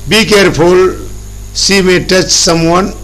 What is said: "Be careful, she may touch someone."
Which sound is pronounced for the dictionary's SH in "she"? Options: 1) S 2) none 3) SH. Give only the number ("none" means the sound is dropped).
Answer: 1